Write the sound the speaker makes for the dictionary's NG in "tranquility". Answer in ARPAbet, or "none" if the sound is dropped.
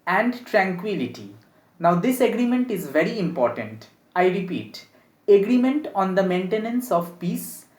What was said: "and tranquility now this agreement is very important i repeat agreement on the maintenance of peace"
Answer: NG